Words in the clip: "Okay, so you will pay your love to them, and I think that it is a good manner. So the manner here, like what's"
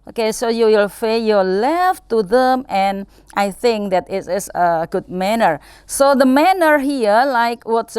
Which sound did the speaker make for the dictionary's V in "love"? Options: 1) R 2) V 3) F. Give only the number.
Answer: 3